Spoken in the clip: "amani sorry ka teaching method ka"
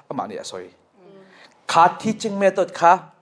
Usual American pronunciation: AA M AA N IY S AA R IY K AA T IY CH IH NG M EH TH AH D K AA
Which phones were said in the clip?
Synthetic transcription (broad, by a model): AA M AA N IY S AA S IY K AA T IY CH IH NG M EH T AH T K AA